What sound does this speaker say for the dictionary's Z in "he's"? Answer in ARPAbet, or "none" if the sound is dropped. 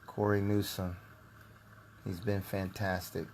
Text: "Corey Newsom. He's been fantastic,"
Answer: Z